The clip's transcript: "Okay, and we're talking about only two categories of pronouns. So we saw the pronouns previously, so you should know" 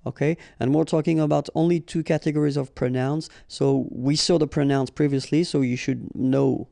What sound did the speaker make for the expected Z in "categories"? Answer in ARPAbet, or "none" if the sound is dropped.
Z